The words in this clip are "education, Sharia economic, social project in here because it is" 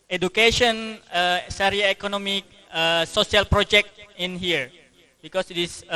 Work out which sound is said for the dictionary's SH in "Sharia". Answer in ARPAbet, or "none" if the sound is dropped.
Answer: S